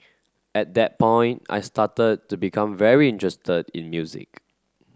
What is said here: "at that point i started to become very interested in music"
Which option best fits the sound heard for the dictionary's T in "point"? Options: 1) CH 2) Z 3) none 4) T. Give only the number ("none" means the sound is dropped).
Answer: 4